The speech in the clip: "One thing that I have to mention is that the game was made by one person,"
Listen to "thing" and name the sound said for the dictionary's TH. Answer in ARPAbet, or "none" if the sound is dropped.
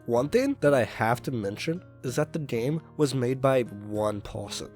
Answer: TH